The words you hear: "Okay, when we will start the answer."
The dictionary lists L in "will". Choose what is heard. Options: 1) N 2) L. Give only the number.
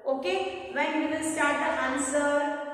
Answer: 1